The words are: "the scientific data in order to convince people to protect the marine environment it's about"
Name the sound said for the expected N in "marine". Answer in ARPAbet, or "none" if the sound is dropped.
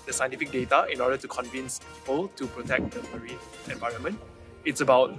none